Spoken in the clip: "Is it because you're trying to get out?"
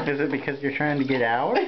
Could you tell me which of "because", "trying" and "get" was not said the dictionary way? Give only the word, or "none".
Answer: none